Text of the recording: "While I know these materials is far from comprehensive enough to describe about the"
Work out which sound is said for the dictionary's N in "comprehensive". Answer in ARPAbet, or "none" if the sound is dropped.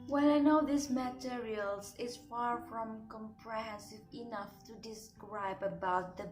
none